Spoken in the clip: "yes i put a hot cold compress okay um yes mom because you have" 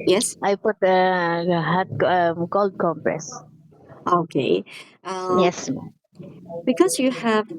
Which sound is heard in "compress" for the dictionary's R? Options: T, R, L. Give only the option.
R